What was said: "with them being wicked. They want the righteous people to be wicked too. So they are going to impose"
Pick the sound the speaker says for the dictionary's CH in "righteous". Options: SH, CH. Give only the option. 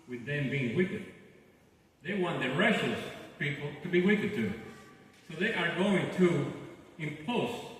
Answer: SH